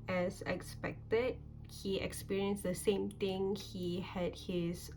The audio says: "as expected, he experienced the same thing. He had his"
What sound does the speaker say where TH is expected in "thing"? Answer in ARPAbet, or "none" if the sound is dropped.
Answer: T